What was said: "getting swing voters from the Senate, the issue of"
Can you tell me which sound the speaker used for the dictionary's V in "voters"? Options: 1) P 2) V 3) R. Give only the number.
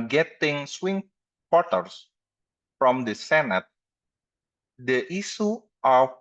1